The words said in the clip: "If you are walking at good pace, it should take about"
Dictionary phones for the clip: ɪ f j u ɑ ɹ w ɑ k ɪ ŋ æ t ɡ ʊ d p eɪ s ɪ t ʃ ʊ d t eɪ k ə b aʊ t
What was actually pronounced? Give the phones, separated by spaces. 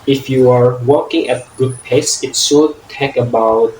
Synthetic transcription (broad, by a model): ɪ f j u ɑ ɹ w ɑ k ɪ ŋ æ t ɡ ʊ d p eɪ s ɪ t s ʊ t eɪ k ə b aʊ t